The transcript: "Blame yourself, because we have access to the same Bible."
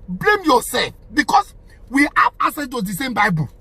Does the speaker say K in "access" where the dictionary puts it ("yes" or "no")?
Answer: no